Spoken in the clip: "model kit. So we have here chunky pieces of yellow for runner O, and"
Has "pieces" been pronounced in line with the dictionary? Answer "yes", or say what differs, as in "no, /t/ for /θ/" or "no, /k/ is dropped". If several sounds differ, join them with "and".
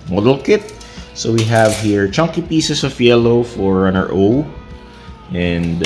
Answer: no, /s/ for /z/